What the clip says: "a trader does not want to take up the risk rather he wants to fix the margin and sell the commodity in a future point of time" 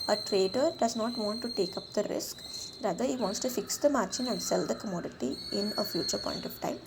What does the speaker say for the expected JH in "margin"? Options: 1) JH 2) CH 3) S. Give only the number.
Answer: 2